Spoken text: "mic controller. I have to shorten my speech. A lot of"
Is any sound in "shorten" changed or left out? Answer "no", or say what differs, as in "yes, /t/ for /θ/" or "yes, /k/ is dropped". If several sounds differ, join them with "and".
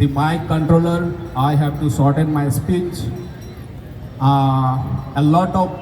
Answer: yes, /s/ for /ʃ/